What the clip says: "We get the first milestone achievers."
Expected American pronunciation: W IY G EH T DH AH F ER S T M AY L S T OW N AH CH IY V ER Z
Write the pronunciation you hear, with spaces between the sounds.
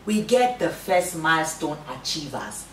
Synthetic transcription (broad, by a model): W IY G EH T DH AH F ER S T M AY L S T OW N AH CH IY V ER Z